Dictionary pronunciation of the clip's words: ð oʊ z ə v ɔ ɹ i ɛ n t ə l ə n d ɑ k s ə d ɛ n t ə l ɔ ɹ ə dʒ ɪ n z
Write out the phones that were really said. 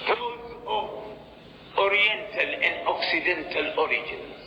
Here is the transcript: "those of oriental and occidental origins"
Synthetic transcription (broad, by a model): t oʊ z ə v ɔ ɹ i ɛ n t ə l ə n d ɑ k s ə d ɛ n t ə l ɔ ɹ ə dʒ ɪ n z